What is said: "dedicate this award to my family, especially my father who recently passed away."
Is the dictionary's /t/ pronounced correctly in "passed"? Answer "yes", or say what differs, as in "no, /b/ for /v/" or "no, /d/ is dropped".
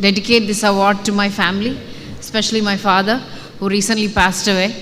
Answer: yes